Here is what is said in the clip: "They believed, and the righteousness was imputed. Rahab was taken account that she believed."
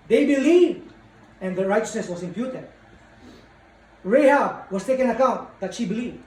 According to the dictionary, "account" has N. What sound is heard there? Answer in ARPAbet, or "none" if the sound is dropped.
N